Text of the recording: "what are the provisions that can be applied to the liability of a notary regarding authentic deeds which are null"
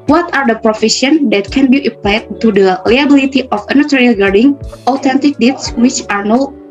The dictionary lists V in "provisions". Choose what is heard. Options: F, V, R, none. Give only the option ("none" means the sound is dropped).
F